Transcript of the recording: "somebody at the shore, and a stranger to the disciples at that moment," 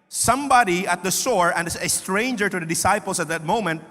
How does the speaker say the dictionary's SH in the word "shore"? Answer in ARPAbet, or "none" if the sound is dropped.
S